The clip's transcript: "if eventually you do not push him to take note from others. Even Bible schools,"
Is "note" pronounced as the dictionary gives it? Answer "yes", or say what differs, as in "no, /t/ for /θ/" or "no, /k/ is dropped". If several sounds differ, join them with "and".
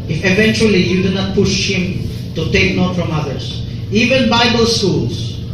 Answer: yes